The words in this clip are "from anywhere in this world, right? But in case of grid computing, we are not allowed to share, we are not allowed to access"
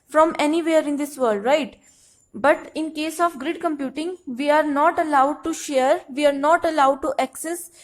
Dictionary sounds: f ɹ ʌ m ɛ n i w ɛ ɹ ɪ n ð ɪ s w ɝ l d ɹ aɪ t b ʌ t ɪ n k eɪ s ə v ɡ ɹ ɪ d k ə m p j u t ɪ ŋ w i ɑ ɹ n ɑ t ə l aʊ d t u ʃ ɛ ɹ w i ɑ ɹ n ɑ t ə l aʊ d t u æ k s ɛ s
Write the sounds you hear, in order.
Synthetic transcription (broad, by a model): f ɹ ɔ m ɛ n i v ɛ ɹ ɪ n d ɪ s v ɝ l d ɹ aɪ t b ʌ t ɪ n k eɪ s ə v ɡ ɹ ɪ d k ə m p j u t ɪ ŋ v i ɑ ɹ n ɑ t ə l aʊ d t u ʃ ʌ ɹ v i ɑ ɹ n ɑ t ə l aʊ d t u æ k s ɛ s